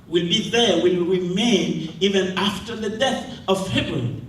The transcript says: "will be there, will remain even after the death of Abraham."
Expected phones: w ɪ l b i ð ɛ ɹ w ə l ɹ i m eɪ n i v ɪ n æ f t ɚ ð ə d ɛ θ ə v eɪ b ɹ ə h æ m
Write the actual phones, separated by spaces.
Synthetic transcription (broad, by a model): w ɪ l b i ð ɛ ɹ w ə l ɹ i m eɪ n i v ɪ n æ f t ɚ ð ə d ɛ θ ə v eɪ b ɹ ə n